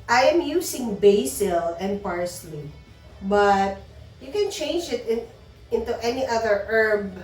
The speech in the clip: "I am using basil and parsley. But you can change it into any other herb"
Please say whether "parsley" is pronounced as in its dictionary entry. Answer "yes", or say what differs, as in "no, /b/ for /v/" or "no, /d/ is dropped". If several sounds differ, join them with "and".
yes